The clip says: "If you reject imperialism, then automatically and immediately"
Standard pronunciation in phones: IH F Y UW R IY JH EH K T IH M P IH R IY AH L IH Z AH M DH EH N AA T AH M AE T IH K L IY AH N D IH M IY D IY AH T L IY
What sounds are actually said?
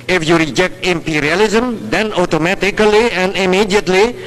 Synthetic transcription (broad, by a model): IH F Y UW R IY JH EH K T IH M P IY R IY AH L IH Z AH M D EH N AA T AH M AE T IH K L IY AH N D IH M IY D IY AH T L IY